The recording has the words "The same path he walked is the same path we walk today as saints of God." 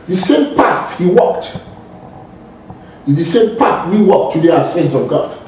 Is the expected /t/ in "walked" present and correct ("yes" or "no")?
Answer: yes